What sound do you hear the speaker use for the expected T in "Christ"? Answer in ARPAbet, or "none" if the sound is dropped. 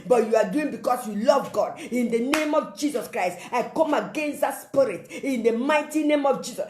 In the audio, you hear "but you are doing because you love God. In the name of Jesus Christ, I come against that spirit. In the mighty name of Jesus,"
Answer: T